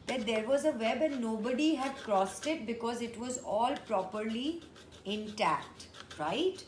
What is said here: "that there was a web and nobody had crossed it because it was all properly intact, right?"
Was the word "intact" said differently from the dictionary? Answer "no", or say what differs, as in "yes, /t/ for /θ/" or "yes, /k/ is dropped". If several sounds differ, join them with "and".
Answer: no